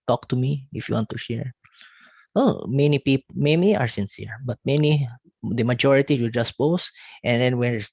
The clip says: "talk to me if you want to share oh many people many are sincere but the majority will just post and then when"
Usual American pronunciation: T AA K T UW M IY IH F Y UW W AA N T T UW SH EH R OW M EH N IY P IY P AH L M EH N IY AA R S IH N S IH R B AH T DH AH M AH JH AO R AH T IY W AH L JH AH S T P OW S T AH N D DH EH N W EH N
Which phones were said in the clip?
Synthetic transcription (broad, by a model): T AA K T UW M IY IH F Y UW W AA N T T UW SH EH R OW M EH N IY P IY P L M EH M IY AA R S IH N S IH R B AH T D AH M AH JH AO R AH T IY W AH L JH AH S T P OW S T AH N D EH N W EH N